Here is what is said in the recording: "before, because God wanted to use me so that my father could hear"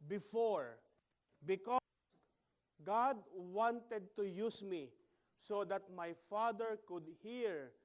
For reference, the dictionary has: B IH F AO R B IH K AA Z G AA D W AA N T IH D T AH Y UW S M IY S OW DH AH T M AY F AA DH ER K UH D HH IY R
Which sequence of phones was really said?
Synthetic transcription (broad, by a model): B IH F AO R B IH K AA G AA D W AA N T IH D T AH Y UW S M IY S OW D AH T M AY F AA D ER K UH D HH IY R